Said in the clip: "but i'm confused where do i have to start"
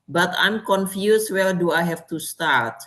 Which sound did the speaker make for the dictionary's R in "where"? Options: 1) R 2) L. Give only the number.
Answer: 2